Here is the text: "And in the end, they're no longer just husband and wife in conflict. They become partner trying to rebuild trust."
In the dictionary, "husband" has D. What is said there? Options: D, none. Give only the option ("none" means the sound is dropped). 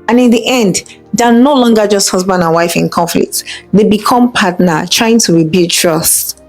D